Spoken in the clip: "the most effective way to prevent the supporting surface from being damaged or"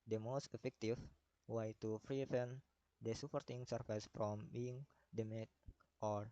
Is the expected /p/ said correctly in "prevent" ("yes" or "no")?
no